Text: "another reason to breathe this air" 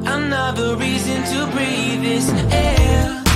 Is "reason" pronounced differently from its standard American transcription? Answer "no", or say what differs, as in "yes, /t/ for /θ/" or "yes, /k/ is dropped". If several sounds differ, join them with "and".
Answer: no